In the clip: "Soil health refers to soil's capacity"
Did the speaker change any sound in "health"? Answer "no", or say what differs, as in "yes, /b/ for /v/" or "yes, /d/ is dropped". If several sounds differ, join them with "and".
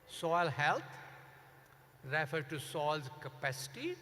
yes, /t/ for /θ/